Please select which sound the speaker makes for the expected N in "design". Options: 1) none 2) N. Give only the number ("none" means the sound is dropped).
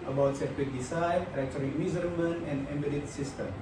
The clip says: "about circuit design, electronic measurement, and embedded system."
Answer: 1